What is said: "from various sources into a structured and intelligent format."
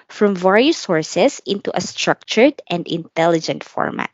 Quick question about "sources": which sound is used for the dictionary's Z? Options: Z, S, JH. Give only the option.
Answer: S